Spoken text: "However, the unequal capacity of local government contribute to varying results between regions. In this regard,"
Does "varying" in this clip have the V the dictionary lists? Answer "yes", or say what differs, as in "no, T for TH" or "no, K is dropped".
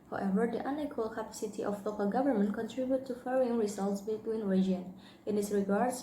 no, F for V